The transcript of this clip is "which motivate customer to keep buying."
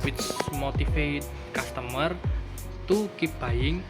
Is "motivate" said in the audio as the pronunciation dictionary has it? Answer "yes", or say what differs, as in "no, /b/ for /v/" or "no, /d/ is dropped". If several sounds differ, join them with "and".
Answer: no, /f/ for /v/